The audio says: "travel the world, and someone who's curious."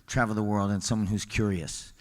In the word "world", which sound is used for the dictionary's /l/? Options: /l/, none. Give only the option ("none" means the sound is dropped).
/l/